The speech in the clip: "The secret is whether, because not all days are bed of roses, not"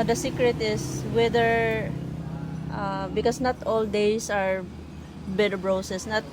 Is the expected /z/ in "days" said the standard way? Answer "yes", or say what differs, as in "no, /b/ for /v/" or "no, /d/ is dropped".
no, /s/ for /z/